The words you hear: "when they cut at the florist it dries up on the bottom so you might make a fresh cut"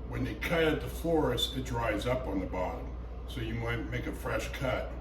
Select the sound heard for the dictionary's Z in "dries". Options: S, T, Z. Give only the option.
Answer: Z